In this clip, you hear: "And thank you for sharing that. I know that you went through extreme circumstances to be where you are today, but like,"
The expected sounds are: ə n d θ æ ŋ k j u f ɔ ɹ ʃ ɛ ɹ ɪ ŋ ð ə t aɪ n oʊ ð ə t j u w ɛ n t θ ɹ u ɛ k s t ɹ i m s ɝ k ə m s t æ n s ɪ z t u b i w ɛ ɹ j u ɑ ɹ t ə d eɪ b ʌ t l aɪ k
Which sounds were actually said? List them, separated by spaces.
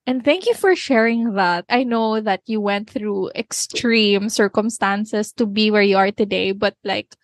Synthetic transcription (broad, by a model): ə n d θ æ ŋ k j u f ɔ ɹ ʃ ɛ ɹ ɪ ŋ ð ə t aɪ n oʊ ð ə t j u w ɛ n t θ ɹ u ɛ k s t ɹ i m s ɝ k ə m s t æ n s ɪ s t u b i w ɛ ɹ j u ɑ ɹ t ə d eɪ b ʌ t l aɪ k